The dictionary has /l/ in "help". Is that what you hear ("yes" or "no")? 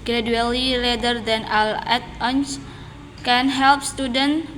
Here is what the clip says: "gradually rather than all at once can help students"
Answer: yes